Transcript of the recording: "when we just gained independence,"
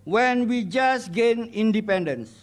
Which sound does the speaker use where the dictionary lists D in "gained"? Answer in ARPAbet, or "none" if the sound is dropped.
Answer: none